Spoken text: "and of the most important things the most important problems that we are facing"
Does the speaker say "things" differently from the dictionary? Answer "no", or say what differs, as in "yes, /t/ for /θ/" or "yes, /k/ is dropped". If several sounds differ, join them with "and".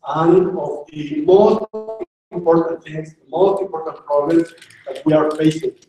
yes, /t/ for /θ/